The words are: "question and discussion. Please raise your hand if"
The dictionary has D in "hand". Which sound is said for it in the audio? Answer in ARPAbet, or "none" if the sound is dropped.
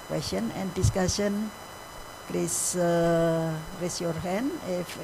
none